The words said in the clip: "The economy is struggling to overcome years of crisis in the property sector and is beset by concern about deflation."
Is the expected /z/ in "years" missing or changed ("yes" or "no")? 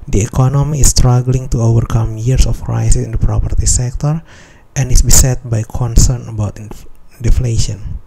yes